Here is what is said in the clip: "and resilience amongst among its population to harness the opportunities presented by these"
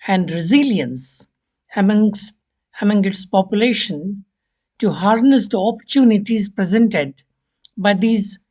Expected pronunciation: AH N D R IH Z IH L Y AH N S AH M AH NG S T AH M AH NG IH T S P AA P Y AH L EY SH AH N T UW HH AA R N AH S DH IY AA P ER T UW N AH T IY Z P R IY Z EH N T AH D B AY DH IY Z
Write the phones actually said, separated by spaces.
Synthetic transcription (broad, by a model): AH N D R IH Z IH L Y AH N S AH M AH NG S AH M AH NG IH T S P AA P Y AH L EY SH AH N T UW HH AA R N AH S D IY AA P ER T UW N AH T IY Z P R IY Z EH N T AH D B AY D IY Z